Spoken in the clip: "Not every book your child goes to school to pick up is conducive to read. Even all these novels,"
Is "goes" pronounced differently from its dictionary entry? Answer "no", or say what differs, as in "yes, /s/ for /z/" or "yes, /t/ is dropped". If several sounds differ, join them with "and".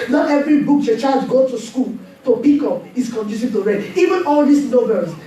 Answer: yes, /z/ is dropped